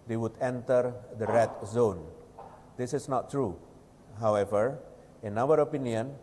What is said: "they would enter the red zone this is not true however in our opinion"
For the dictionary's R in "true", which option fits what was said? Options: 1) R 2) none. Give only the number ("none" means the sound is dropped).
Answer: 1